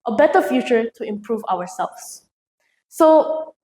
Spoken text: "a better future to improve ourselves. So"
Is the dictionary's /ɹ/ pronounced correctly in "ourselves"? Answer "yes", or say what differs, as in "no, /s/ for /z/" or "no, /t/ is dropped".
no, /w/ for /ɹ/